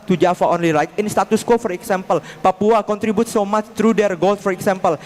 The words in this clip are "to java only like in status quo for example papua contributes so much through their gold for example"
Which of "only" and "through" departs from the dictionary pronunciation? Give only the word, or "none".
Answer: through